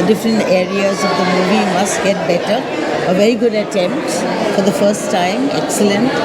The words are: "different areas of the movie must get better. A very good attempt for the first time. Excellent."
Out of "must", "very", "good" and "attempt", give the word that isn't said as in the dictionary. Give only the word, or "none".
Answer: none